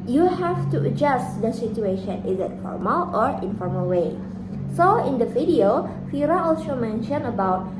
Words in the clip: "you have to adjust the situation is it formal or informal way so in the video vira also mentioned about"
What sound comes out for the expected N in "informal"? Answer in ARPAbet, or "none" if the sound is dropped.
N